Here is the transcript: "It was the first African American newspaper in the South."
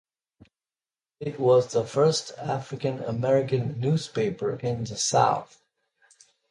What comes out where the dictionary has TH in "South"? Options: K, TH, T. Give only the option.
TH